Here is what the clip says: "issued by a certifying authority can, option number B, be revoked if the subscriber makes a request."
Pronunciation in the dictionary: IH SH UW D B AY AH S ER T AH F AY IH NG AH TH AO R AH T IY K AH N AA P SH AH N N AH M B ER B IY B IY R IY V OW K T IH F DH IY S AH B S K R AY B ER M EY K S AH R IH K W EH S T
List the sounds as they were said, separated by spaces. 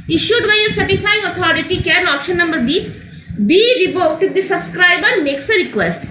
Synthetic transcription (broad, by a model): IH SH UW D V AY AH S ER T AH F AY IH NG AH T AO R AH T IY K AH L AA P SH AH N N AH M B ER B IY B IY R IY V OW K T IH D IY S AH B S K R AY B ER M EY K S AH R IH K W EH S T